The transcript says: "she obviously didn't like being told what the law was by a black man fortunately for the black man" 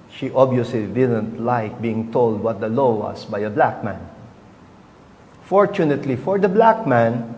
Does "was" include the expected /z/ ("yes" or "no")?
no